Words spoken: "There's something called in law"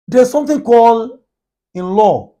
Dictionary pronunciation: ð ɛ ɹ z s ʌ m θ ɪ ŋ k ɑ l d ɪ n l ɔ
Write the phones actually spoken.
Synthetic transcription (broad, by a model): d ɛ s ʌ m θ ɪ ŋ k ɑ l ɪ n l ɔ